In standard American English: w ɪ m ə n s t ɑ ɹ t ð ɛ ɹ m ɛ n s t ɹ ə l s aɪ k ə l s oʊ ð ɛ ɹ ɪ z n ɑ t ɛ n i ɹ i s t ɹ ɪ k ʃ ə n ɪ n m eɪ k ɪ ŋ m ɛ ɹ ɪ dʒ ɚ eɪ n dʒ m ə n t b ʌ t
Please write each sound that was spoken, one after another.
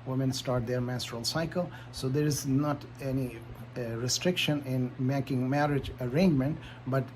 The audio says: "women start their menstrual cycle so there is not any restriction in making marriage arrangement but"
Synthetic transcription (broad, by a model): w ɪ m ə n s t ɑ ɹ t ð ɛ ɹ m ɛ s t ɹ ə l s aɪ k ə l s oʊ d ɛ ɹ ɪ z n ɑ t ɛ n i ɹ i s t ɹ ɪ k ʃ ə n ɪ n m eɪ k ɪ ŋ m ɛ ɹ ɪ dʒ ɚ eɪ n dʒ m ə n t b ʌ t